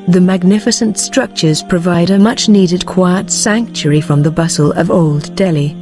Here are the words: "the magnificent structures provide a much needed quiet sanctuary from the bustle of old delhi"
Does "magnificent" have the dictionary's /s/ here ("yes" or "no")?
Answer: yes